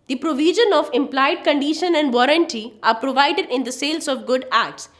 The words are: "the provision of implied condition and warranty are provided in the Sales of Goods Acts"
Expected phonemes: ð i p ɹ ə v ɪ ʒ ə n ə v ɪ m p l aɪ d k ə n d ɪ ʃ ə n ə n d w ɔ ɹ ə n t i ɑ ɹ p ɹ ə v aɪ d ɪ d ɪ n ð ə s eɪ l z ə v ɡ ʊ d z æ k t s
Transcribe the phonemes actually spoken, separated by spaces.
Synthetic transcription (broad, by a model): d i p ɹ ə v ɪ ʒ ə n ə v ɪ m p l aɪ d k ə n d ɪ ʃ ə n ə n d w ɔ ɹ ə n t i ɑ ɹ p ɹ ə v aɪ d ɪ d ɪ n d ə s eɪ l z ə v ɡ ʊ d æ k t s